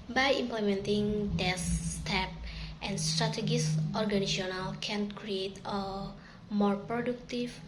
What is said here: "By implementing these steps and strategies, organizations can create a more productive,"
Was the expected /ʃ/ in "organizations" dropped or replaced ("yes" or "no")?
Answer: yes